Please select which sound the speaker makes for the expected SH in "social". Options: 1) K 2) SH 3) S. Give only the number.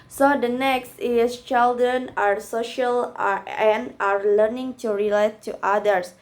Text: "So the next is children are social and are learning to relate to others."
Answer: 2